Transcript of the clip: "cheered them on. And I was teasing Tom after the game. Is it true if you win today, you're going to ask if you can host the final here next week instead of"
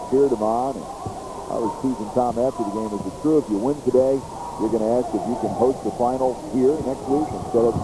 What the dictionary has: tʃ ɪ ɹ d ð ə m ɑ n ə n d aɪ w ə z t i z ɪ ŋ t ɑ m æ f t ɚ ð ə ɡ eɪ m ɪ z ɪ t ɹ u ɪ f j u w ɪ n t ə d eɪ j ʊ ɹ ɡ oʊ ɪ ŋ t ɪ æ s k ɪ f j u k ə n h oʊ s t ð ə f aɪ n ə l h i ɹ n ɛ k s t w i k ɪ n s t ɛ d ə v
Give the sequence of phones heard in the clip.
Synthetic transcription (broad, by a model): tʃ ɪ ɹ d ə m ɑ n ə n aɪ w ə z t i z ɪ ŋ t ɑ m æ f t ɚ ð ə ɡ eɪ m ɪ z ɪ t ɹ u ɪ f j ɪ w ɪ n t ə d eɪ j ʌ ɹ ɡ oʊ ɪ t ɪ æ s k ɪ f j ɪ k ə n h oʊ s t ð ə f aɪ n l h i ɹ n ɛ k s t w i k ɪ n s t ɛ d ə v